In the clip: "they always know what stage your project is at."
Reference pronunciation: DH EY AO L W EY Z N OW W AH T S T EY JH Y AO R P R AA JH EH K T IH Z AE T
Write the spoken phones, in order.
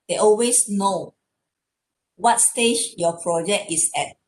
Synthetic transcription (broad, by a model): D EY AO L W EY S N OW W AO T S T EY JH Y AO P R AA JH EH K T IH S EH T